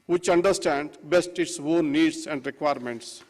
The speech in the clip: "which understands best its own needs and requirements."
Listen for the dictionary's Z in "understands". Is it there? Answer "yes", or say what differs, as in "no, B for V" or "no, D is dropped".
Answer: no, Z is dropped